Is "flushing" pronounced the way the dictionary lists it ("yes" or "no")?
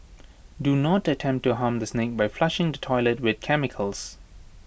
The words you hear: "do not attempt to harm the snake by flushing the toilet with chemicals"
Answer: yes